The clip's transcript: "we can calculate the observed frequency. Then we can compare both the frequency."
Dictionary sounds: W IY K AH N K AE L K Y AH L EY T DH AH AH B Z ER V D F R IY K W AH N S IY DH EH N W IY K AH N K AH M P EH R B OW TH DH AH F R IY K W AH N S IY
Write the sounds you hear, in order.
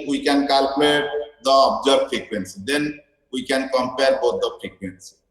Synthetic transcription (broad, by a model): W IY K AH N K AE L K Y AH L EY T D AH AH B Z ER D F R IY K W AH N S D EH N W IY K AH N K AH M P EH R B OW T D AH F R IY K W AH N S